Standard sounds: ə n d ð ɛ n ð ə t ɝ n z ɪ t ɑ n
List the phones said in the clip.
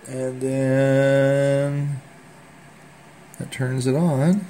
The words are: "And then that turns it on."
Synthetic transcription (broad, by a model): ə n ð ɛ n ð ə t ɝ n z ɪ t n